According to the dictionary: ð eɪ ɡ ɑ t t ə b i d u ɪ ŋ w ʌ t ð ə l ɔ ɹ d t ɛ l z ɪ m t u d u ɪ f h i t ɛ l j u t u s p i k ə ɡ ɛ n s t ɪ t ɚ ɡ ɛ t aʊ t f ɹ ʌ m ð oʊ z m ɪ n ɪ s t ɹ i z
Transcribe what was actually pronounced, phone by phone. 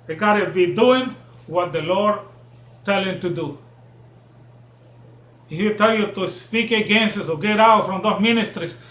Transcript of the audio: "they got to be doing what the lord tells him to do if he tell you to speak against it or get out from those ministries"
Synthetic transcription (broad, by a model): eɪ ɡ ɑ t t ə b i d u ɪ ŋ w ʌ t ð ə l ɔ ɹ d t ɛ l ɪ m t u d u ɪ f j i t ɛ l j u t u s p i k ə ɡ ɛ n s ɪ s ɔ ɡ ɛ t aʊ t f ɹ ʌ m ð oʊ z m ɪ n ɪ s t ɹ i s